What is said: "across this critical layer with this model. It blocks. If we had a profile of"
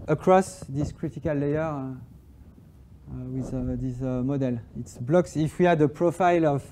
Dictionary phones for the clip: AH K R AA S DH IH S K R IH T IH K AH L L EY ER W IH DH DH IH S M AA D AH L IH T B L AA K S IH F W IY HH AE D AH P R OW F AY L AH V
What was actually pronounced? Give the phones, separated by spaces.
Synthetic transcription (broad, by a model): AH K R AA S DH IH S K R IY T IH K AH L L EY ER W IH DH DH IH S M AA D AH L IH T B L AA K S IH F W IY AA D AH P R OW F AY L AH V